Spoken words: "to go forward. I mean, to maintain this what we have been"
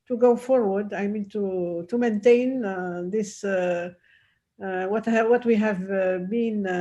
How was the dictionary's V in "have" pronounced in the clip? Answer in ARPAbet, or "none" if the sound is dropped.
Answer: V